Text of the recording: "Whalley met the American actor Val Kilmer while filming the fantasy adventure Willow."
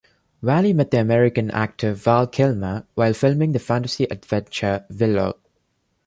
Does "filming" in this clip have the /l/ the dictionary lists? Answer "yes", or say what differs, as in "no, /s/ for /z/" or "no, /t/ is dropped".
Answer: yes